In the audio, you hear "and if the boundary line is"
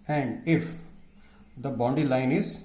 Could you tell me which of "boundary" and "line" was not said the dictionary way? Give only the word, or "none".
boundary